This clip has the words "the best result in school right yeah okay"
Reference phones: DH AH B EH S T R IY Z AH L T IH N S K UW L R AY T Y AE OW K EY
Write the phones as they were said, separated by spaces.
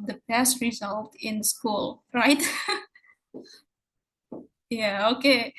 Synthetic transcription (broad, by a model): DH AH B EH S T R IY Z AH L T IH N S K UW L R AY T Y AE OW K EY